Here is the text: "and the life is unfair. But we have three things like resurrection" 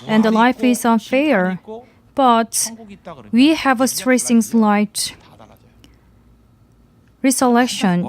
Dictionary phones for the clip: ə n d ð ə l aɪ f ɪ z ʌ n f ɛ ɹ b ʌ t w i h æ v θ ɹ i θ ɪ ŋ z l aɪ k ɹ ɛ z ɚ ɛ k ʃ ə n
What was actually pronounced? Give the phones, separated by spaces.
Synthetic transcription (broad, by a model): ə n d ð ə l aɪ f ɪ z ʌ n f ɛ ɹ b ʌ t w i h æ v t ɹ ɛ s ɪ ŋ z l aɪ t ɹ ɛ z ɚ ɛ k ʃ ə n